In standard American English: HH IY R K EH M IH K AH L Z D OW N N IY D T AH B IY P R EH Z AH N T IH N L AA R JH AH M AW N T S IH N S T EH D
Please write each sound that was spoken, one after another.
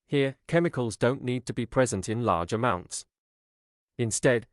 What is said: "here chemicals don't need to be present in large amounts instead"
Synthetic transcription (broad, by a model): HH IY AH K EH M IH K AH L Z D OW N N IY D T AH B IY P R EH Z AH N T IH N L AA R JH AH M AW N T S IH N S T EH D